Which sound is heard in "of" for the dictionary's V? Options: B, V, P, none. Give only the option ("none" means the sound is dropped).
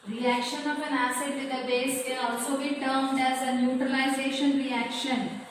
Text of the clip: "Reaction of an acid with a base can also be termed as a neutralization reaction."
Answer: P